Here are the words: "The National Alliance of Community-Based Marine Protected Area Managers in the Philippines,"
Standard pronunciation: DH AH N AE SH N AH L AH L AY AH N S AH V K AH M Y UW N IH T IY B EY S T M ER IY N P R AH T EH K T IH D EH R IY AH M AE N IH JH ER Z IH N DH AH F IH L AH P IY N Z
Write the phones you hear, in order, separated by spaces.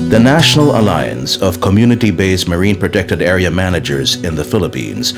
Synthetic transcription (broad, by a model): DH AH N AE SH N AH L AH L AY AH N S AH V K AH M Y UW N IH T IY B EY S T M ER IY N P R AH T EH K T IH D EH R IY AH M AE N IH JH ER Z IH N DH AH F IH L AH P IY N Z